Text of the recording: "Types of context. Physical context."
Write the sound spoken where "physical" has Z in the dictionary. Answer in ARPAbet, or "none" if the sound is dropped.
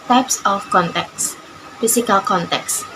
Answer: S